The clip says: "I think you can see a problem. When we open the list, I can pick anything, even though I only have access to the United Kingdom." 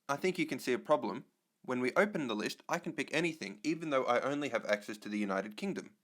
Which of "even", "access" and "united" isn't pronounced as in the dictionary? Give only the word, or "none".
none